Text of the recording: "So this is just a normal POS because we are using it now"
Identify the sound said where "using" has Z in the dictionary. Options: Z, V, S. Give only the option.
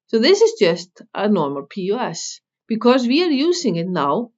Z